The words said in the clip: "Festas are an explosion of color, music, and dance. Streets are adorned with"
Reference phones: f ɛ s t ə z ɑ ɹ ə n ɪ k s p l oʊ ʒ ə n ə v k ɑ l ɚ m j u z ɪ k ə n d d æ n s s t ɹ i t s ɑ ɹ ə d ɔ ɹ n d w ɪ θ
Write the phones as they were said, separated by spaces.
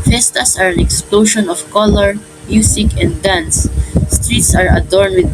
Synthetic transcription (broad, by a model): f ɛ s t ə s ɑ ɹ ə n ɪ k s p l oʊ ʃ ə n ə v k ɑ l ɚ m j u s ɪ k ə n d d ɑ n s s t ɹ i t s ɑ ɹ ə d ɔ ɹ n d w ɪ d